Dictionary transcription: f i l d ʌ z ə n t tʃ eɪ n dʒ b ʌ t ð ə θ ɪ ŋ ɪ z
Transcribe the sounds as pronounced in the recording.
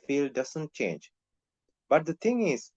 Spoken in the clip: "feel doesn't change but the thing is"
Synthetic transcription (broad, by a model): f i l d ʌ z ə n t tʃ eɪ n dʒ b ʌ t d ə t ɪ ŋ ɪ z